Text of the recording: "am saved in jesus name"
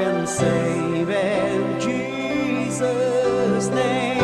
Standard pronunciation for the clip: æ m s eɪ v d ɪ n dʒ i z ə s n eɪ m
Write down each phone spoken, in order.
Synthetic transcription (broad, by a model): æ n s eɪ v ɪ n dʒ i z ə s n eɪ